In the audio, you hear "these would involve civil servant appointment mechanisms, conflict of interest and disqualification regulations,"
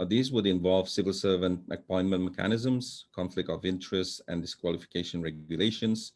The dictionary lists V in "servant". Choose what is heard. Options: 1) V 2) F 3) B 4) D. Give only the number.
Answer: 1